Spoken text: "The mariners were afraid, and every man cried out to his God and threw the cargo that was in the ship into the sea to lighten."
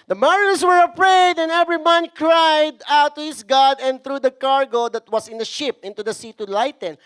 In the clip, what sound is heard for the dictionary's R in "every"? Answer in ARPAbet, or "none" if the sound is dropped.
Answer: R